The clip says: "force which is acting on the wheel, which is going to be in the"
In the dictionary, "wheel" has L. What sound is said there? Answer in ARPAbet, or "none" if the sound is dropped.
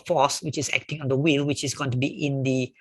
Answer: L